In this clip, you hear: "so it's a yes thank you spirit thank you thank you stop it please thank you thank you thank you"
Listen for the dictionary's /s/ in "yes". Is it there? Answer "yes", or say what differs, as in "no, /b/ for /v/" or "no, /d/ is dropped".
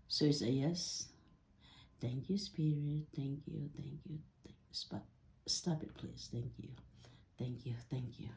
yes